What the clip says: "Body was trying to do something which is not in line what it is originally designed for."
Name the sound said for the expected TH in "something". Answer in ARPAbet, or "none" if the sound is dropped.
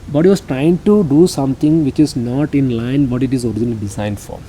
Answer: T